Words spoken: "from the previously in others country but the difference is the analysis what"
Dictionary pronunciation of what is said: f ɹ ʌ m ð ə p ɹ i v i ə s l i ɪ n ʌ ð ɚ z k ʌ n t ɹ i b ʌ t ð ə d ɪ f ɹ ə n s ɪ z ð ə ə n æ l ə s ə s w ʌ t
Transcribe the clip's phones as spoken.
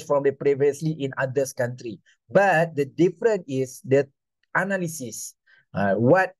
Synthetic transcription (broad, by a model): f ɹ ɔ m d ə p ɹ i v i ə s l i ɪ n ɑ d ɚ s k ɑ n t ɹ i b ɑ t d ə d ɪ f ɹ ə n ɪ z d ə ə n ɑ l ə s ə s w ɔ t